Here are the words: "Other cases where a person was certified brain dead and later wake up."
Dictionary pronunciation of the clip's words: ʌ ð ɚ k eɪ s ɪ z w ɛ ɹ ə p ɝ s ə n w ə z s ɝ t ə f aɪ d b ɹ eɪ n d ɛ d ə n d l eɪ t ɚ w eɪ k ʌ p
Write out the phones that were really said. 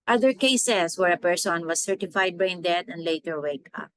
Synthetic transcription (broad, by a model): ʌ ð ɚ k eɪ s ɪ s w ɛ ɹ ə p ɝ s ə n w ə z s ɝ t ə f aɪ d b eɪ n d ɛ d ə n d l eɪ t ɚ w eɪ k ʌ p